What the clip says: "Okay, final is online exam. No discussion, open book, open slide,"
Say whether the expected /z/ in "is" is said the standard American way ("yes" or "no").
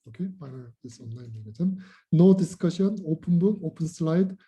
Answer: no